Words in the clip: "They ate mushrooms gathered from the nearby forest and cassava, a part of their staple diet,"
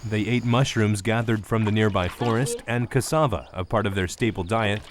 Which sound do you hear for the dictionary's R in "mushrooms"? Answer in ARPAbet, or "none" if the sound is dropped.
R